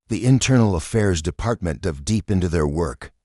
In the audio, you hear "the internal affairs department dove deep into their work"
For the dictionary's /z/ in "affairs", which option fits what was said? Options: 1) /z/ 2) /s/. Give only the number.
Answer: 1